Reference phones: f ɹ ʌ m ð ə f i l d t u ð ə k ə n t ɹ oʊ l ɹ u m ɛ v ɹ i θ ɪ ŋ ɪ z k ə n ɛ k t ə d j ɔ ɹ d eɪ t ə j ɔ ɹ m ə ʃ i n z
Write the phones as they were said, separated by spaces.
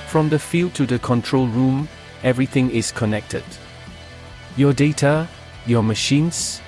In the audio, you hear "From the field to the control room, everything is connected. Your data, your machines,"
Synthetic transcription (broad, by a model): f ɹ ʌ m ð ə f i l d t u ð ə k ə n t ɹ oʊ l ɹ u m ɛ v ɹ i θ ɪ ŋ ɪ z k ə n ɛ k t ə d j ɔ d eɪ t ə j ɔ m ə ʃ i n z